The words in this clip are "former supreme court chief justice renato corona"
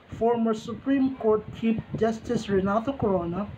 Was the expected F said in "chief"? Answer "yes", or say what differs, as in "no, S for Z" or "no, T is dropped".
no, P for F